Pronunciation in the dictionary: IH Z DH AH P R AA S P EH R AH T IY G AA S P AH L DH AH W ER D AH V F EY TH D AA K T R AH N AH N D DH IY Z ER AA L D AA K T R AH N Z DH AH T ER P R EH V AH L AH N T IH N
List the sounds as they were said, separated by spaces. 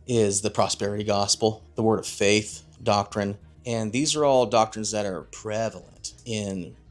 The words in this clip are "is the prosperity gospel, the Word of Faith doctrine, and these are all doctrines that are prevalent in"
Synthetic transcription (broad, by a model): IH Z DH AH P R AA S P EH R AH T IY G AA S P L DH AH W ER D AH V F EY TH D AA K T R AH N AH N DH IY Z ER AA L D AA K T R AH N Z DH AH T ER P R EH V L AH N T IH N